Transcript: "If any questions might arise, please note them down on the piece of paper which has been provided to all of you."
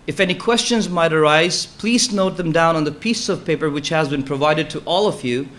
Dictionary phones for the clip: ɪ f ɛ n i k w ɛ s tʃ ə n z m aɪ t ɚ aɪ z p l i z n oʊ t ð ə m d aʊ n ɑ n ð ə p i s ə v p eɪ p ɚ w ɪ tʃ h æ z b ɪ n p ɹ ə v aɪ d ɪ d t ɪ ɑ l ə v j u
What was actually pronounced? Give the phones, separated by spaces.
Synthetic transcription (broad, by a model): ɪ f ɛ n i k w ɛ s tʃ ə n z m aɪ t ɚ aɪ z p l i z n oʊ t ð ə m d aʊ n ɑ n ð ə p i s ə v p eɪ p ɚ w ɪ tʃ h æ z b ɪ n p ɹ ə v aɪ d ɪ d t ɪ ɑ l ə v j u